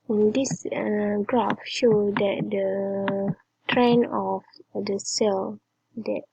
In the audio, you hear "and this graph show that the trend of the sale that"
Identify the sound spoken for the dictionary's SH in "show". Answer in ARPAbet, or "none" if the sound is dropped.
SH